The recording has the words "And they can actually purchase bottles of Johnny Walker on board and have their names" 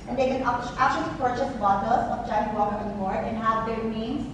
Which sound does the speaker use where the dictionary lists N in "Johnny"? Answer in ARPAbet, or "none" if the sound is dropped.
none